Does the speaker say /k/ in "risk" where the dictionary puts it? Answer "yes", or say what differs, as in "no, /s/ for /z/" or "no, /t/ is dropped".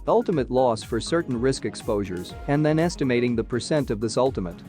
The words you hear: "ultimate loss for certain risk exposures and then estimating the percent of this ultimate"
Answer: yes